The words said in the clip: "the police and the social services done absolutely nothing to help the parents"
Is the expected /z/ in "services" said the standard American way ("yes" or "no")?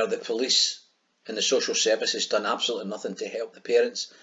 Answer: yes